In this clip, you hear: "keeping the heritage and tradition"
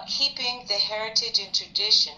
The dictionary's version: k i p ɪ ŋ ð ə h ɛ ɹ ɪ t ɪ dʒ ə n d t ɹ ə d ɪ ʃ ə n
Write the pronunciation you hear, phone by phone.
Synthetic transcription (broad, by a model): k i p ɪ ŋ ð ə h ɛ ɹ ɪ t ɪ dʒ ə n t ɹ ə d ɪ ʃ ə n